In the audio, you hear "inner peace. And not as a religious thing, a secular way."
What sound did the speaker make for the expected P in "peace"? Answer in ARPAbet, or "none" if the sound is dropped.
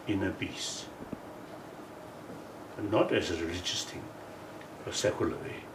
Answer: B